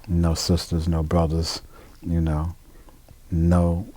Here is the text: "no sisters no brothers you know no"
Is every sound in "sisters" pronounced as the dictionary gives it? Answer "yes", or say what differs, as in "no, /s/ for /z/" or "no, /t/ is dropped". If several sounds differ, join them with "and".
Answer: yes